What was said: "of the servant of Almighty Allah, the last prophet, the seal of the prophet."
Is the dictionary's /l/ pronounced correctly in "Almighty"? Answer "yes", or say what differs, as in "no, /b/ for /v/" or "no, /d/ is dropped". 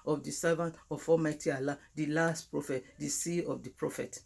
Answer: no, /l/ is dropped